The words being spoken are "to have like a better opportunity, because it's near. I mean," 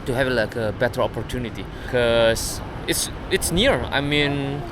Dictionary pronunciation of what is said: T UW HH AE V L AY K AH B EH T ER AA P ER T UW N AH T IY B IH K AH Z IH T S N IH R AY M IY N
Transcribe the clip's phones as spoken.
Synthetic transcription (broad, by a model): T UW HH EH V L AY K AH B EH T ER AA P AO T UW N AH T IY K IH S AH S IH T S N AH R AY M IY N